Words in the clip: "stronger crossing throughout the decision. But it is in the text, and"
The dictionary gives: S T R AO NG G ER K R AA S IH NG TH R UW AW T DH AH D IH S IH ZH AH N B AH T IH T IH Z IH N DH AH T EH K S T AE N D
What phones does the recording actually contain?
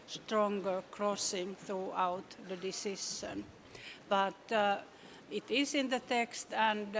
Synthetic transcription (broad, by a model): S T R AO NG G ER K R AA S IH NG TH R UW AW T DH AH D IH S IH SH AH N B AH T IH T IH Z IH N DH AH T EH K S T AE N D